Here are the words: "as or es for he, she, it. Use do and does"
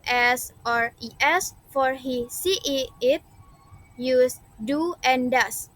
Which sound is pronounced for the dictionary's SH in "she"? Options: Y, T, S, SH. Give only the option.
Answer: S